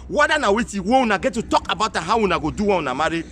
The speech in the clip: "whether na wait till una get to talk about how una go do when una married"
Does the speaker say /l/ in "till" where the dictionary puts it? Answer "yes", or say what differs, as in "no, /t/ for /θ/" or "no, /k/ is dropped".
no, /w/ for /l/